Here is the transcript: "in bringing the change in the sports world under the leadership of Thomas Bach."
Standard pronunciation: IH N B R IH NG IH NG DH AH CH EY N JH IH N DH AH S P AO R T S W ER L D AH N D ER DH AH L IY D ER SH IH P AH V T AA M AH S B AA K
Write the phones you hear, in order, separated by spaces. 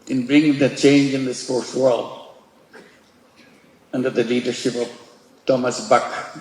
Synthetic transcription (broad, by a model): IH N B R IH NG IH NG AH CH EY N JH IH N DH AH S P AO R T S W ER L D AH N D ER DH AH L IY D ER SH IH P AH V T AA M AH S B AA K